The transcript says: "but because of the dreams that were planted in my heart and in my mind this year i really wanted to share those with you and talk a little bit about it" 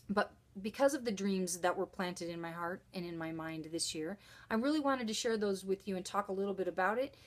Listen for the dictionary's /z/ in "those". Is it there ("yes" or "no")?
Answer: yes